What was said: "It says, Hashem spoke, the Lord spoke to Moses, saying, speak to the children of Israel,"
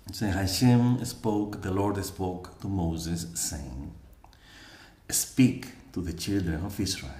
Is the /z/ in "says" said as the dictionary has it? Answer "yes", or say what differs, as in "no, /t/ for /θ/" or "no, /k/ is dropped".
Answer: no, /z/ is dropped